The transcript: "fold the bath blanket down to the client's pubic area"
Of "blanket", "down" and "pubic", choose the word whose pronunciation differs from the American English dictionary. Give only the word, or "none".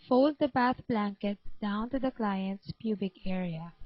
none